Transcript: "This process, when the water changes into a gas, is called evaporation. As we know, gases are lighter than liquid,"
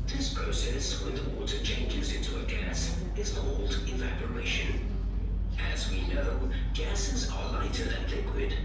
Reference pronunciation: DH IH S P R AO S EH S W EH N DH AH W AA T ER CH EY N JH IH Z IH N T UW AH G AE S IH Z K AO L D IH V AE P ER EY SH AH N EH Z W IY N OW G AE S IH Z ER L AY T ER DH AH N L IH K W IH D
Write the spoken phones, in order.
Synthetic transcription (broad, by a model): DH IH S P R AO S EH S W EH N DH AH W AA T ER CH EY N JH IH Z IH N T UW AH G AE S IH Z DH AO L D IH V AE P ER EY SH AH N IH Z W IY N OW G AE S IH Z ER L AY T ER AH N L IH K W IH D